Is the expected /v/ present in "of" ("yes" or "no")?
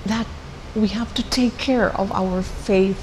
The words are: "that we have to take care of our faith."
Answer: yes